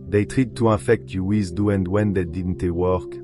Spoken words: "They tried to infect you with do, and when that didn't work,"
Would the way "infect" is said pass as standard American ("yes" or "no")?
no